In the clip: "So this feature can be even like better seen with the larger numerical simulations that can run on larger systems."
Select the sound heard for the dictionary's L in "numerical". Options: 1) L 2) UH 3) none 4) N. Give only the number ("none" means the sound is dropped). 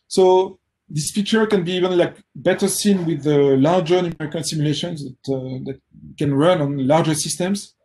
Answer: 4